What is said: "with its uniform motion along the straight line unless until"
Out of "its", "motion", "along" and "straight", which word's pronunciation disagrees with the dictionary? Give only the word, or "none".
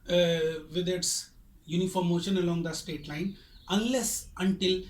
straight